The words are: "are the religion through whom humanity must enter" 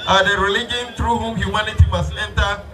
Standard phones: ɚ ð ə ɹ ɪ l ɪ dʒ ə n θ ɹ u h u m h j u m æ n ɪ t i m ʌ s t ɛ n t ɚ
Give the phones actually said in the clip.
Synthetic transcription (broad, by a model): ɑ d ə ɹ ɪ l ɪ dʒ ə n t ɹ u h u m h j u m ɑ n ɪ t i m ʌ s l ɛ n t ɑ